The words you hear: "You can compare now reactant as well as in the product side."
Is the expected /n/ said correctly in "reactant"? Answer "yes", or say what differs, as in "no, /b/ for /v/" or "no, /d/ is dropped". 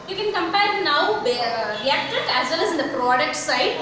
no, /n/ is dropped